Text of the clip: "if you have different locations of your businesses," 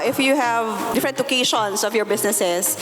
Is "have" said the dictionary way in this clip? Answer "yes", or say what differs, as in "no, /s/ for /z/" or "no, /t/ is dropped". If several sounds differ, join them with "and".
yes